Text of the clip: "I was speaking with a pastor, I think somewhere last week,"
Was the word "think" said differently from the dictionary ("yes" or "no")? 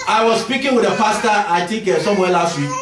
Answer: yes